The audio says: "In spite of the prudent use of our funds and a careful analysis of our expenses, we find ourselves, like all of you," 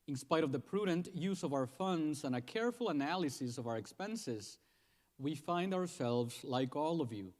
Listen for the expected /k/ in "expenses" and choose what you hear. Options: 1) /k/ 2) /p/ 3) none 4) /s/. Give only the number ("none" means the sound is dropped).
1